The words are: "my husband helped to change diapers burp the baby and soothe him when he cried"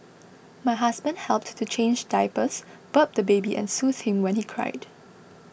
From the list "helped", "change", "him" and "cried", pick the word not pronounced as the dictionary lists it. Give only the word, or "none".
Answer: none